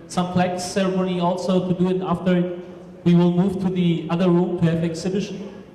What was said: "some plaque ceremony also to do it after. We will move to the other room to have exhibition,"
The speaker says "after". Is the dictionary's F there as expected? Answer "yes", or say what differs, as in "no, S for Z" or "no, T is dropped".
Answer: yes